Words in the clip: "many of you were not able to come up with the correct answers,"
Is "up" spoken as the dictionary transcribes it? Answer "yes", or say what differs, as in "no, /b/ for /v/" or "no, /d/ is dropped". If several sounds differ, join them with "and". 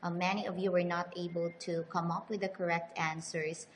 yes